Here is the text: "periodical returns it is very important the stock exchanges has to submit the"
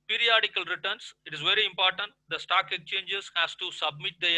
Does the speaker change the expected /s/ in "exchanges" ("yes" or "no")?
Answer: yes